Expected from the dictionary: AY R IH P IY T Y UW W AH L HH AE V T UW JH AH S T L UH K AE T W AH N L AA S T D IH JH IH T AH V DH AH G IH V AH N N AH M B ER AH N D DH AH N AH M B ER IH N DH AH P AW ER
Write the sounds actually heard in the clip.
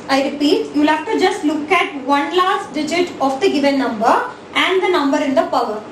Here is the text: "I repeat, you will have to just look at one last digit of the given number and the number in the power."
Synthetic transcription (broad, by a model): AY R IH P IY T Y UW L HH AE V T UW JH AH S T L UH K AE T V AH N L AA S T D IH JH IH T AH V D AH G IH V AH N N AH M B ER AH N D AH N AH M B ER IH N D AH P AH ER